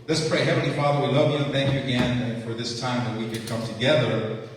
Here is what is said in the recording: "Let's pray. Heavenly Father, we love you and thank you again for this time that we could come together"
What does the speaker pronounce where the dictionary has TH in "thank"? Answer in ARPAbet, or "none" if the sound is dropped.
TH